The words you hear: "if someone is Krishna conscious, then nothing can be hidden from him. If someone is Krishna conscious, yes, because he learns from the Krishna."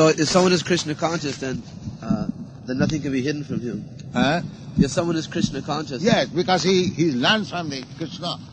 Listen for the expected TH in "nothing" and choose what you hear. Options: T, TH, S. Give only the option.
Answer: TH